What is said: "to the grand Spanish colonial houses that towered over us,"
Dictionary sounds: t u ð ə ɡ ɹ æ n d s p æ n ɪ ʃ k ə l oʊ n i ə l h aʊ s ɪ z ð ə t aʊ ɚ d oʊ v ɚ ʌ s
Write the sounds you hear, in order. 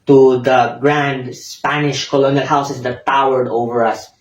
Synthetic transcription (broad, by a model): t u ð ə ɡ ɹ æ n d s p æ n ɪ ʃ k ə l oʊ n i ə l h aʊ s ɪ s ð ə t aʊ ɚ d oʊ v ɚ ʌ s